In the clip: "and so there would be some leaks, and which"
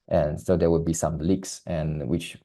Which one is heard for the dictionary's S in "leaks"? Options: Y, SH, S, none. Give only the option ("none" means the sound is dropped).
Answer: S